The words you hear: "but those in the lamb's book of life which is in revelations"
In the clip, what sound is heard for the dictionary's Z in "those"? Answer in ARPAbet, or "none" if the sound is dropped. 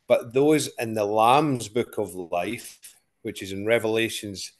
Z